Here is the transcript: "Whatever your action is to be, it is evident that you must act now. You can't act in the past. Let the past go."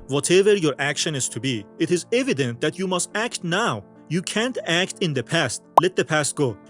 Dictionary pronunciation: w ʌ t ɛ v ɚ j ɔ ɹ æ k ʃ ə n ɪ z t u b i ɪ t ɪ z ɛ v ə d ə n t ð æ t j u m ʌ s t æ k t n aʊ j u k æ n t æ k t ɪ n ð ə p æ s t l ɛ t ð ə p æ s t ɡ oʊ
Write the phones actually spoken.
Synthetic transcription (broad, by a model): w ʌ t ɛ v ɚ j ɔ ɹ æ k ʃ ə n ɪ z t u b i ɪ t ɪ z ɛ v ə d ə n t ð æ t j u m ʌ s t æ k t n aʊ j u k æ n t æ k t ɪ n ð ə p æ s t l ɛ t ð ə p æ s t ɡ oʊ